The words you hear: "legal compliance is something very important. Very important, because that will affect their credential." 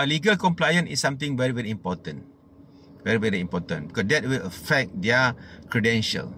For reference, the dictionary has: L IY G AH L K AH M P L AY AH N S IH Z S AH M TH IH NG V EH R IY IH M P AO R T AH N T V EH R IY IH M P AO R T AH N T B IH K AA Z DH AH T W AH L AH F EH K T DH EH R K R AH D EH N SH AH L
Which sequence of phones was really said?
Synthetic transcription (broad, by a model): L IY G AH L K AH M P L AY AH N IH S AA M T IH NG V EH R IY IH M P AO T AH N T V EH R IY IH M P AO T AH N B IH K AA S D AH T W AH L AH F EH K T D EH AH K R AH D EH N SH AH L